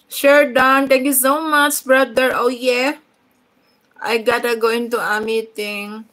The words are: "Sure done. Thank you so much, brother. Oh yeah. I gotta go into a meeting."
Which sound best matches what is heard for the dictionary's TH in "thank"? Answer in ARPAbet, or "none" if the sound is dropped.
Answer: T